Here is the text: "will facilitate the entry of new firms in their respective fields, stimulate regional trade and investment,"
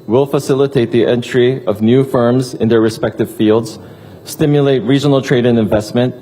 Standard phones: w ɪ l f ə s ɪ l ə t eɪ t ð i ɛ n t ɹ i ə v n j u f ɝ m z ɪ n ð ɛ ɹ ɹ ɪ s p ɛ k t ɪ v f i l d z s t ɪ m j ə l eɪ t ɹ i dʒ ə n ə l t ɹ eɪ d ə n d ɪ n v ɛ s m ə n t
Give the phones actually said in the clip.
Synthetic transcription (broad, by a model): w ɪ l f ə s ɪ l ə t eɪ t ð i ɛ n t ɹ i ə v n j u f ɝ m z ɪ n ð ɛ ɹ ɹ ɪ s p ɛ k t ɪ v f i l d z s t ɪ m j ə l eɪ t ɹ i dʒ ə n l t ɹ eɪ d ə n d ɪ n v ɛ s m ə n t